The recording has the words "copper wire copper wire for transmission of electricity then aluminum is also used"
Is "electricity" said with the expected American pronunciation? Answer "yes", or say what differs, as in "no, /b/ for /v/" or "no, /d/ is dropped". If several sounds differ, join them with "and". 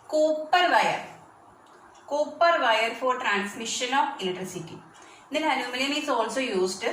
no, /k/ is dropped